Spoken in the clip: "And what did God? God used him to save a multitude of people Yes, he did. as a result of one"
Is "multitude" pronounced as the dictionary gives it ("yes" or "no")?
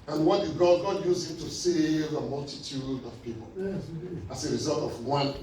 yes